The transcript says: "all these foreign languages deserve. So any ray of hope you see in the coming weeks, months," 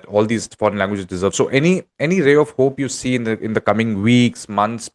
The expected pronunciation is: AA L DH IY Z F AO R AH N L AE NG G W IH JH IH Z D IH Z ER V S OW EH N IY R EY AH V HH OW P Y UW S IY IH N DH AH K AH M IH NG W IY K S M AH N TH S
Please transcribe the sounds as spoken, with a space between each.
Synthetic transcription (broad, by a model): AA L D IY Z F AO R AH N L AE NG G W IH JH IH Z D IH Z ER V S OW EH N IY R EY AH V HH OW P Y UW S IY IH N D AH K AH M IH NG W IY K S M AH N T S